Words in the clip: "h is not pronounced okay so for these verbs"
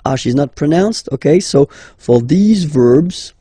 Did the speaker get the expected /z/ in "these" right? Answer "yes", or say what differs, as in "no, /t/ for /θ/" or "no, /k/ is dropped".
yes